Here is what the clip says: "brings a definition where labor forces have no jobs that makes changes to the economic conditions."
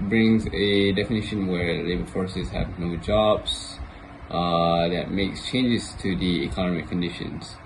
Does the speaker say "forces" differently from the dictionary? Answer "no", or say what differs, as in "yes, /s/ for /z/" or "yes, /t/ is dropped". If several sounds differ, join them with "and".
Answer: no